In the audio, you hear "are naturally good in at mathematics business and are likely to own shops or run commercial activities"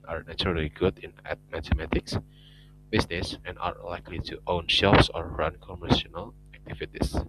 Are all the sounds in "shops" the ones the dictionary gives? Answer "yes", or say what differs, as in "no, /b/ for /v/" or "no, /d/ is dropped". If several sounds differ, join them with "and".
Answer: no, /f/ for /p/